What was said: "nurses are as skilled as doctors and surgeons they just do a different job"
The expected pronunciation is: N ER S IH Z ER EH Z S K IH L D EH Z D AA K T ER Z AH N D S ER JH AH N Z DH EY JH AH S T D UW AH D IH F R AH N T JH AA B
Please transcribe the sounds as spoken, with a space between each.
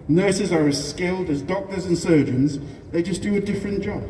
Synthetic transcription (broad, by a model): N ER S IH Z ER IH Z S K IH L D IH Z D AA K T ER Z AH N S ER JH AH N Z DH EY JH AH S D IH AH D IH F R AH N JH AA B